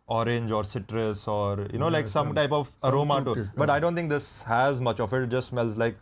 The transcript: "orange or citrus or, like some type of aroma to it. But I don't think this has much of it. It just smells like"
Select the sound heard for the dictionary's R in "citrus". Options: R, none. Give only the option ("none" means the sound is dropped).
R